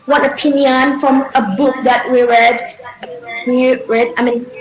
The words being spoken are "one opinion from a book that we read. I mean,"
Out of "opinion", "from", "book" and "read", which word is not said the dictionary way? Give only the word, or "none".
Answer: none